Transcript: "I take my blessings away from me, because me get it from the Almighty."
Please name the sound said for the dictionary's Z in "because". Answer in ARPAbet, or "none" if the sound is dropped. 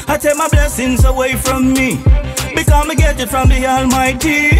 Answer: none